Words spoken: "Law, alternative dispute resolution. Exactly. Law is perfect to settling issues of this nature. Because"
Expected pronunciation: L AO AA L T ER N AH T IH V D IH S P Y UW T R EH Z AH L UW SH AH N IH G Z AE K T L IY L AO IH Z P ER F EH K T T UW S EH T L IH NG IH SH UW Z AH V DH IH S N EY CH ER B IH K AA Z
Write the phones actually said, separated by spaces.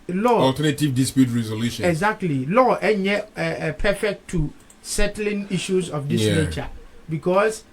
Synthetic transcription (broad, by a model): L AO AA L T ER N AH T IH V D IH S P Y UW T R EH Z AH L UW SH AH IH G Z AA K T L IY L AO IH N P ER F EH K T T UW S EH T L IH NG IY SH UW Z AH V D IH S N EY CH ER B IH K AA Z